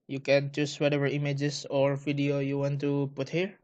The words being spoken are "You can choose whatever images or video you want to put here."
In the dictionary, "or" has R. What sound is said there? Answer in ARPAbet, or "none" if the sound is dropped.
R